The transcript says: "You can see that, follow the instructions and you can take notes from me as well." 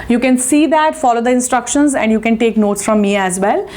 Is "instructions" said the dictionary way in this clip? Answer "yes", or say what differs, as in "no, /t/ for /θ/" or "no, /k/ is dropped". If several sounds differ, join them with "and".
yes